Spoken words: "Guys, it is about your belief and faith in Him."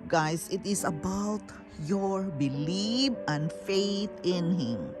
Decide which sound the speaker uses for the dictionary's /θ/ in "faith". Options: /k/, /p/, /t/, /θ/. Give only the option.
/t/